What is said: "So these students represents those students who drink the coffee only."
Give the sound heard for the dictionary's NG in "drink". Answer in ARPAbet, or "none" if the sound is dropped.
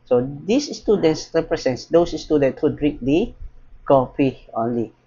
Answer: none